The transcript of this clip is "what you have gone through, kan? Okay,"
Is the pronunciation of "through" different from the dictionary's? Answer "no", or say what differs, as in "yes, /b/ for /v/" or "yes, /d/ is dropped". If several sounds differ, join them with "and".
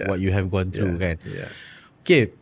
yes, /t/ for /θ/